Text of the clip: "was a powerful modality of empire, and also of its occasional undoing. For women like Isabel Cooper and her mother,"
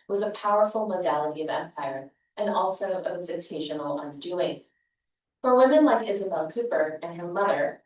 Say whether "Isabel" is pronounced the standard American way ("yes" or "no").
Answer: yes